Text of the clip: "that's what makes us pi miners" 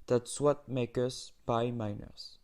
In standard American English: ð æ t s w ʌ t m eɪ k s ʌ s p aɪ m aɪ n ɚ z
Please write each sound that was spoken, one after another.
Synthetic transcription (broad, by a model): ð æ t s w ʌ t m eɪ k ʌ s b aɪ m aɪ n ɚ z